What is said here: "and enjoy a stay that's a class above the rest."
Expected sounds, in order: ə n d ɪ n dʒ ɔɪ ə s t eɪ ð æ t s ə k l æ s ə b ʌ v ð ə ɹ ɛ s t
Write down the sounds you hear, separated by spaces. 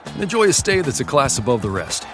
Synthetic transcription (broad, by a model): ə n ɪ n dʒ ɔɪ ə s t eɪ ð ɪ t s ə k l æ s ə b ʌ v ð ə ɹ ɛ s t